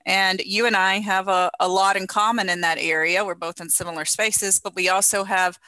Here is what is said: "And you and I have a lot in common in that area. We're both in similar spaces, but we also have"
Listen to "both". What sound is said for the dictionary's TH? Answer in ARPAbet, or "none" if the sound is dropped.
TH